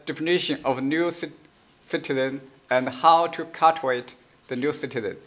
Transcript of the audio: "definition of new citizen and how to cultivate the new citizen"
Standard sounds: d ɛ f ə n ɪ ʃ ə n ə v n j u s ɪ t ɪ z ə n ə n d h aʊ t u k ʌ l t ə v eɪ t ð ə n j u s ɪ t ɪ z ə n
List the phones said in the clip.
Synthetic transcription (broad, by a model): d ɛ f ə n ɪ ʃ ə n ə v n j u s ɪ t ɪ z ə n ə n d h aʊ t u k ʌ t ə eɪ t ð ə n j u s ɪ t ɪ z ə n